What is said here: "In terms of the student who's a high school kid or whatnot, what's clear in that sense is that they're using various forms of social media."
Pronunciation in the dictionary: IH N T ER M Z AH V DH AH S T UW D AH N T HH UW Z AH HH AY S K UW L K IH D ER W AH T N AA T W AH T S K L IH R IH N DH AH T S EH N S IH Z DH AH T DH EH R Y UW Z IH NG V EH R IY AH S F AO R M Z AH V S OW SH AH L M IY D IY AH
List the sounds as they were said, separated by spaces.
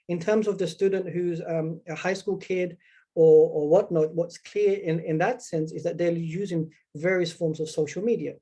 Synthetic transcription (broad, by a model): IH N T ER M Z AH V DH AH S T UW D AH N T HH UW Z AH HH AY S K UW L K IH D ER W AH T N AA T W AH T S K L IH R IH N DH AH T S EH N S IH Z DH AH T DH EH Y UW Z IH NG V EH R IY AH S F AO R M Z AH V S OW SH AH L M IY D IY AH